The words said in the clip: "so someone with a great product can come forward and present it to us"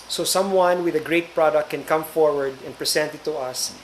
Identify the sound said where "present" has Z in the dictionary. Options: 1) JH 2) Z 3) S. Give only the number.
3